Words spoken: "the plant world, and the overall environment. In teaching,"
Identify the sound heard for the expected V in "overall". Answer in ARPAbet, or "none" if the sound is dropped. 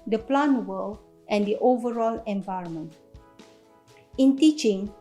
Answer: V